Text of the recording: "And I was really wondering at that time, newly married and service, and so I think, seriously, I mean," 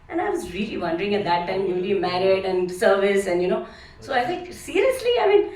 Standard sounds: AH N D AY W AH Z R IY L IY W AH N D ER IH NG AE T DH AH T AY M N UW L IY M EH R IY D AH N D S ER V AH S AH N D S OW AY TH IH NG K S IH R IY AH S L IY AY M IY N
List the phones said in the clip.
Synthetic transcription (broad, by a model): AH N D AY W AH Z R IY L IY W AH N D ER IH NG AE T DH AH T AY M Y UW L IY M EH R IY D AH N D S ER V AH S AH N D S OW AY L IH K S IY R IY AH S L IY AY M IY N